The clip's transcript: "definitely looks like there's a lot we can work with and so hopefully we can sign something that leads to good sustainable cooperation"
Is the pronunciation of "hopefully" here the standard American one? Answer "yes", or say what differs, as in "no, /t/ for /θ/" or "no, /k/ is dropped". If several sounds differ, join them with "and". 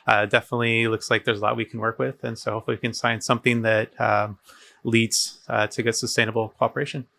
no, /p/ is dropped